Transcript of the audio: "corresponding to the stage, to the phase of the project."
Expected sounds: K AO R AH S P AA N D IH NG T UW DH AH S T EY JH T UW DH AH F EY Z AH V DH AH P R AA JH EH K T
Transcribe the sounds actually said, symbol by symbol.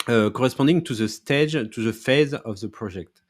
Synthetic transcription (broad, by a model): K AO R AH S P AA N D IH NG T UW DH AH S T EY JH T UW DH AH F EY Z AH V DH AH P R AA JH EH K T